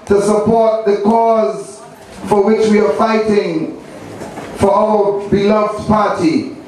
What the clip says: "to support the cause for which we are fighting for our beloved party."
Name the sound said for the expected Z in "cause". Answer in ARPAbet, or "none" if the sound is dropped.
Z